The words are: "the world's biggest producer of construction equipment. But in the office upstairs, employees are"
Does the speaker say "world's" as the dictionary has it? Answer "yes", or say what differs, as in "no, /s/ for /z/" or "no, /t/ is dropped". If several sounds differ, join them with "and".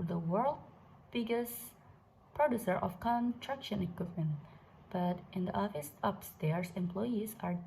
no, /z/ is dropped